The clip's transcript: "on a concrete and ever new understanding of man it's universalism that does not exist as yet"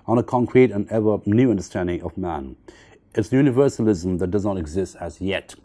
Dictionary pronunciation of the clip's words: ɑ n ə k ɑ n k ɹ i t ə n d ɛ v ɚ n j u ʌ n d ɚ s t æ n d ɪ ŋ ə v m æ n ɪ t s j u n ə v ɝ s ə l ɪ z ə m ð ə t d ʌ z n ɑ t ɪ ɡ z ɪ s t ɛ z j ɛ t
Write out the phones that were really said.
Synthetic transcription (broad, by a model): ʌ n ə k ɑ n k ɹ i t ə n ɛ v ɚ n j u ʌ n d ɚ s t æ n d ɪ ŋ ə v m æ n ɪ t s j u n ə v ɝ s ə l ɪ z ə m ð ə t d ʌ z n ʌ t ɪ ɡ z ɪ s t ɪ z j ɛ t